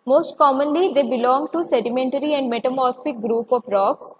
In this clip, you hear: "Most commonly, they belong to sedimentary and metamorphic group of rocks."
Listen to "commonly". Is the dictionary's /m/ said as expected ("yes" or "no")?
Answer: yes